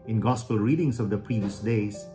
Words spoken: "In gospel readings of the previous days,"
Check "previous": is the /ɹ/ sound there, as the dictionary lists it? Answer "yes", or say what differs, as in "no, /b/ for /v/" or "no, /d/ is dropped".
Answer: yes